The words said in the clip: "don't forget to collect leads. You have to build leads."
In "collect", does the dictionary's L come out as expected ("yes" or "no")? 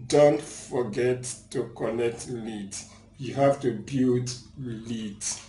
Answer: no